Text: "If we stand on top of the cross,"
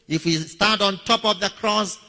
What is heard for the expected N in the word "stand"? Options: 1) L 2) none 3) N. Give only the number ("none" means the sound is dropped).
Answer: 2